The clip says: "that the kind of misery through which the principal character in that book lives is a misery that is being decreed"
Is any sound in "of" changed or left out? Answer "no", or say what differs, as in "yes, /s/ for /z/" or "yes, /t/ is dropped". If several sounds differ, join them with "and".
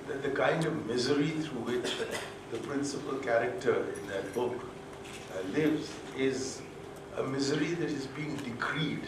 no